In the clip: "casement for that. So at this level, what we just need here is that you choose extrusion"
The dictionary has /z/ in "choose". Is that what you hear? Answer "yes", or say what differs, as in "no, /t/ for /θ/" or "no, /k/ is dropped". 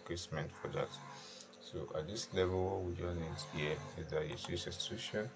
no, /s/ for /z/